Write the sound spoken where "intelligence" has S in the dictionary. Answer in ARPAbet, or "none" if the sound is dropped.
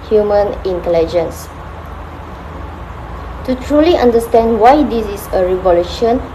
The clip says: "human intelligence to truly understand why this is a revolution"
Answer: S